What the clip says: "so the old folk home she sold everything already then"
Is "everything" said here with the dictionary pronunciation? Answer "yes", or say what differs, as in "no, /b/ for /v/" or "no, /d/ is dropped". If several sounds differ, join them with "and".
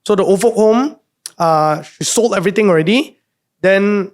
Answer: no, /t/ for /θ/